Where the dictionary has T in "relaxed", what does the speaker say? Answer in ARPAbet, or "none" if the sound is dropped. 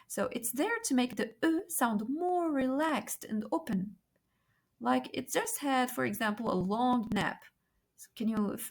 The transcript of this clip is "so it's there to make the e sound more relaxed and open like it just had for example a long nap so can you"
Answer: T